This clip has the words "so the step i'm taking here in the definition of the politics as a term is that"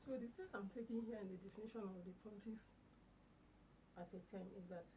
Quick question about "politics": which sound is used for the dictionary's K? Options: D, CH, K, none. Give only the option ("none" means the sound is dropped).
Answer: none